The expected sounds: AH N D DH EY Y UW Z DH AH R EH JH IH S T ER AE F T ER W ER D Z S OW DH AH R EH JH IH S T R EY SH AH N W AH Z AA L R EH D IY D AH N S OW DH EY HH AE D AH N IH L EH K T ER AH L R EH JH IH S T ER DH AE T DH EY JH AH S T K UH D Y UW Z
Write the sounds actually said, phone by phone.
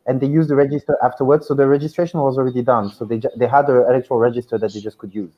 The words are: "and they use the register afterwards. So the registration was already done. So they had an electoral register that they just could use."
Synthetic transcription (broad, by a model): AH N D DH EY Y UW Z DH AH R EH JH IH S T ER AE F T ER W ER D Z S OW DH AH R EH JH IH S T R EY SH AH N W AH Z AA L R EH D IY D AH N S OW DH EY HH AE D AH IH L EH K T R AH L R EH JH IH S T ER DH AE T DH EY JH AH S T K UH D Y UW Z